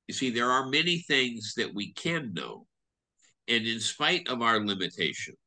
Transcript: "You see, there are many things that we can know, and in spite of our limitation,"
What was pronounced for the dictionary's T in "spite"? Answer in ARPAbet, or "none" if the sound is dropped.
T